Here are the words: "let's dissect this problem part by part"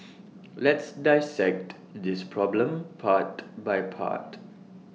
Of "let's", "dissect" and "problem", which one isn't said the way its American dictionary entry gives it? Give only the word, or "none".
none